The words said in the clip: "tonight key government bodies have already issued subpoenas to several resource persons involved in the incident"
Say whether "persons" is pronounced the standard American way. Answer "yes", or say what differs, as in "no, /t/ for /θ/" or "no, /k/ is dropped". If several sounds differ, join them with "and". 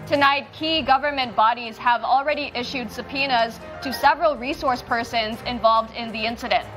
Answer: yes